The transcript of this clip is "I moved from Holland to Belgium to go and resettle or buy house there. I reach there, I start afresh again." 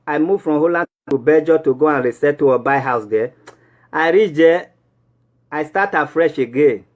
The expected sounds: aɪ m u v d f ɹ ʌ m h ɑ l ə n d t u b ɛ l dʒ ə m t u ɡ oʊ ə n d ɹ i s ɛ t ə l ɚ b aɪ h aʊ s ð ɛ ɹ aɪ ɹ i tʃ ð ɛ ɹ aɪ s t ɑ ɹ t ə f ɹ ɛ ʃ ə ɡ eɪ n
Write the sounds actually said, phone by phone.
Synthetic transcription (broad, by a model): aɪ m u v f ɹ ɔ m h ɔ l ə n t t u b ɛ dʒ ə t u ɡ oʊ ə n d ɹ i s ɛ t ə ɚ b aɪ h aʊ s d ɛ aɪ ɹ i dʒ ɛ aɪ s t ɑ t ə f ɹ ɛ ʃ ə ɡ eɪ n